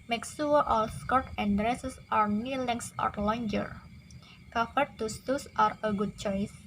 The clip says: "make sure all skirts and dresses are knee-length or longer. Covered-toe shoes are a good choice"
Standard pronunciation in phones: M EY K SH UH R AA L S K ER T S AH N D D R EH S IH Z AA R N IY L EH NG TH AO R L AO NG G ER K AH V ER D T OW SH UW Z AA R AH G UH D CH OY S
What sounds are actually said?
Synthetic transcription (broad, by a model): M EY K S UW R AA L S K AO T AH N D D R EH S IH S AA R N IY L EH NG S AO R L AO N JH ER K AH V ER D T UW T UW S AA R AH G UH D CH OY S